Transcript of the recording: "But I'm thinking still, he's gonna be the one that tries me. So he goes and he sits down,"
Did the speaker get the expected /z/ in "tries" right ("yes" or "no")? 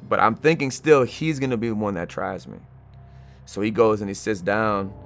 yes